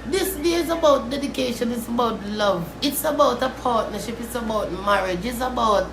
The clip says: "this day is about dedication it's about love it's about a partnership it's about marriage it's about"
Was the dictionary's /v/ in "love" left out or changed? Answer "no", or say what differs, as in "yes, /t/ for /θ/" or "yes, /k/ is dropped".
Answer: no